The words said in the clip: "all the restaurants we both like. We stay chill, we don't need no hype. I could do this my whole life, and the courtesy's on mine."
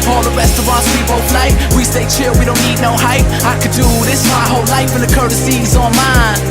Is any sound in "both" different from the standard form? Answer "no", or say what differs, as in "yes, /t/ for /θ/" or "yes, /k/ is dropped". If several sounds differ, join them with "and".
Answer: yes, /f/ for /θ/